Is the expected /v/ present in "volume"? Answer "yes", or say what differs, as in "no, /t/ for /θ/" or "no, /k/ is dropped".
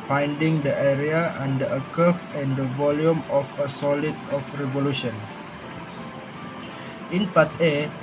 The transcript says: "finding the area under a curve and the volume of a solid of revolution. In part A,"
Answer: yes